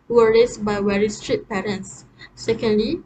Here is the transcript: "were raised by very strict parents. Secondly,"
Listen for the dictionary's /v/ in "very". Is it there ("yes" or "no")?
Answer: no